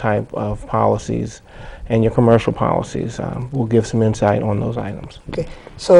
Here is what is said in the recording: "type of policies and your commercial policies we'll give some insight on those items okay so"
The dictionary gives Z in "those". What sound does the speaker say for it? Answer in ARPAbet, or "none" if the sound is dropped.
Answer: Z